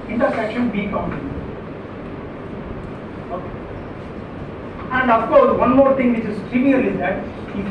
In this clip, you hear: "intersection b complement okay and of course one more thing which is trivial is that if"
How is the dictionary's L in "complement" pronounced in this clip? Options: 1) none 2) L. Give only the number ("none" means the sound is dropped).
1